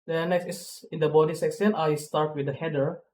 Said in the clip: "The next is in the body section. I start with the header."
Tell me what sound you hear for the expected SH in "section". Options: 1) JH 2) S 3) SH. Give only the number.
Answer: 2